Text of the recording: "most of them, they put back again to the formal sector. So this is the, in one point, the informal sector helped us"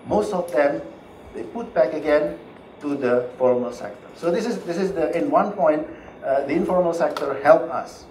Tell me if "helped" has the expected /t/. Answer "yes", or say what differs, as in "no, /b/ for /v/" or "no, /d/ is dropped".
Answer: no, /t/ is dropped